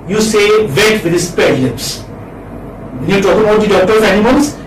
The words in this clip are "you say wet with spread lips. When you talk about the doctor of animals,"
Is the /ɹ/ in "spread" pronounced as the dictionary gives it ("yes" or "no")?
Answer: no